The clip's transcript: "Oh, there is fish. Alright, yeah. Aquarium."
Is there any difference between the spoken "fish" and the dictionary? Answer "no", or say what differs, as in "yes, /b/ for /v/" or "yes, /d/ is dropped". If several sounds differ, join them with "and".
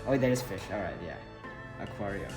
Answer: no